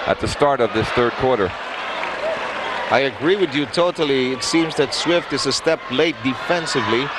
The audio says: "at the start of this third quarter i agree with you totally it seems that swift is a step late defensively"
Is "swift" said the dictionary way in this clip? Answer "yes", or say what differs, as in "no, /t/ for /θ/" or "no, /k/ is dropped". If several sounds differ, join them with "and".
yes